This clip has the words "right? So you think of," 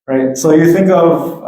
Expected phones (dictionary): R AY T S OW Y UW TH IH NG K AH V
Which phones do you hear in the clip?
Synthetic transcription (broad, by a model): R AY T S OW Y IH TH IH NG K AH V